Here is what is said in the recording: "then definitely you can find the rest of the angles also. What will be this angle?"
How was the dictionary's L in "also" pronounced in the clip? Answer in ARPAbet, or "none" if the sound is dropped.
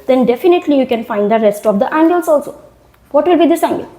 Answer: L